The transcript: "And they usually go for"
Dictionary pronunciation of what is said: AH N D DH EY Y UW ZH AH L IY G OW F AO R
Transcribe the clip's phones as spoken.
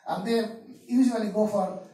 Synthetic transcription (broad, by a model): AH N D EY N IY S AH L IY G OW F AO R